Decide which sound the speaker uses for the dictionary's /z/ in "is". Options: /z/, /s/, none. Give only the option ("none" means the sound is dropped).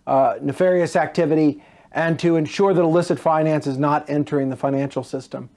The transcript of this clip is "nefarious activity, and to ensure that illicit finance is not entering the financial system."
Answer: /z/